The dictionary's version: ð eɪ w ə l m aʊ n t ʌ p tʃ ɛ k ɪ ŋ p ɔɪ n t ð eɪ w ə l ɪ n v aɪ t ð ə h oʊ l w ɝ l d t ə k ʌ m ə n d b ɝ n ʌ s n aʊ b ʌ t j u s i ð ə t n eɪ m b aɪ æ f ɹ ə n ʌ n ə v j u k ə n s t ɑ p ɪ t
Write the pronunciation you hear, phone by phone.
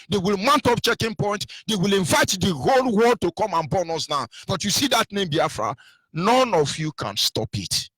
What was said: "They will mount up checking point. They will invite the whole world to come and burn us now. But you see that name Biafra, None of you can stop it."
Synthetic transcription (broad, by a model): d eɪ w ə l m aʊ n t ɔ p tʃ ɛ k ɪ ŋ p ɔɪ n t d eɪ w ə l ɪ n v aɪ t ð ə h oʊ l w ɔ d t ə k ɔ m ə n b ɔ n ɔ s n aʊ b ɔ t j u s i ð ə t n eɪ m b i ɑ f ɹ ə n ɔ n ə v j u k ə n s t ɑ p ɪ t